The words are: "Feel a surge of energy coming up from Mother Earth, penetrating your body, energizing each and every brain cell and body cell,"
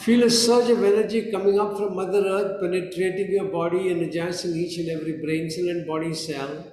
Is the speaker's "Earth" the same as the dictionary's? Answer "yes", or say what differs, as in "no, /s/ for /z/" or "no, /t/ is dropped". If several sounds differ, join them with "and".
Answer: no, /t/ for /θ/